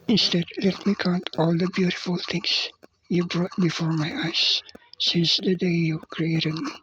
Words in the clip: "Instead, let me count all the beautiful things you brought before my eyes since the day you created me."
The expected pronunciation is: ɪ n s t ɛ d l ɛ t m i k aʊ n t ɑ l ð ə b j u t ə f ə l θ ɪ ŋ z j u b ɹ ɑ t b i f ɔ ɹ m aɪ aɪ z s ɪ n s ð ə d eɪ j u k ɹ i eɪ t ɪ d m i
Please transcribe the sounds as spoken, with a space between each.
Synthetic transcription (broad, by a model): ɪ n s t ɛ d l ɛ t m i k aʊ n t ɑ l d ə b j u t ə f ə l t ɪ ŋ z j u b ɹ ɑ t b i f ɔ ɹ m aɪ aɪ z s ɪ n s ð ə d eɪ j u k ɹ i eɪ t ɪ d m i